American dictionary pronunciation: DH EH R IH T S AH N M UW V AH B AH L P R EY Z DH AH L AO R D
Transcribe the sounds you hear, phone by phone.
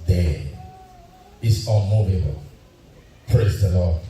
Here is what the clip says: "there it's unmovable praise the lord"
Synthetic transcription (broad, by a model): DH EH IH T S AH N M UW V AH B AH L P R EY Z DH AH L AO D